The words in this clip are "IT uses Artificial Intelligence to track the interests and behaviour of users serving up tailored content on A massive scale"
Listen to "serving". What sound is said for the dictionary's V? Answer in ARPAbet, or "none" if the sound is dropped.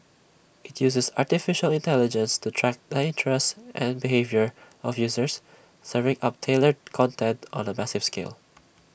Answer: V